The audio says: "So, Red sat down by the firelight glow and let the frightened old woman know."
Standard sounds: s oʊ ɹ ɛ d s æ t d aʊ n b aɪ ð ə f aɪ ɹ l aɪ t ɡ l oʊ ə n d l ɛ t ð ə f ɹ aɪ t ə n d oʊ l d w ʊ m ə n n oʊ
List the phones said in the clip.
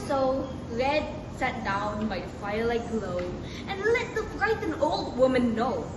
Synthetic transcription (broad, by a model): s oʊ ɹ ɛ d s æ t d aʊ n b aɪ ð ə f aɪ ɹ l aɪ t ɡ l oʊ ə n l ɛ t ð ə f ɹ aɪ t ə n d oʊ l d w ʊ m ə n n oʊ